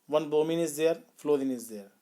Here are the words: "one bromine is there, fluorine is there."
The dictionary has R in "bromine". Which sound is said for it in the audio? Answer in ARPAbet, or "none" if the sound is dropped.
none